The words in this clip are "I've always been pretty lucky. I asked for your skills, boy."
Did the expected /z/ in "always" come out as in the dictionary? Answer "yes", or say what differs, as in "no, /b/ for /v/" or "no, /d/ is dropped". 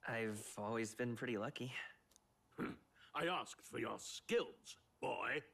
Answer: yes